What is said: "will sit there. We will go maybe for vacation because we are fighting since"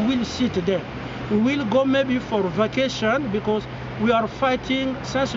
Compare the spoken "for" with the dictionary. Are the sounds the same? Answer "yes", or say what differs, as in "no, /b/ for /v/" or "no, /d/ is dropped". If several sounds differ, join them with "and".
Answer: yes